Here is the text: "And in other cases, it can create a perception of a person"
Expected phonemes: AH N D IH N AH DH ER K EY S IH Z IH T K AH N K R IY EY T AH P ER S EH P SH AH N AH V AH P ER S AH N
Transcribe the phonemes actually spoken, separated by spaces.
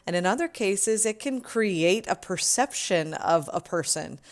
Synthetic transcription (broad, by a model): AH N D IH N AH DH ER K EY S IH Z IH T K AH N K R IY EY T AH P ER S EH P SH AH N AH V AH P ER S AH N